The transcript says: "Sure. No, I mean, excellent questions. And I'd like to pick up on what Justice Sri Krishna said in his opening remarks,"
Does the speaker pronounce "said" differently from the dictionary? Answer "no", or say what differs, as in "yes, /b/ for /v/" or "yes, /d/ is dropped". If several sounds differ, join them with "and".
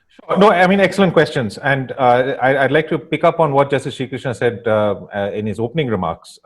no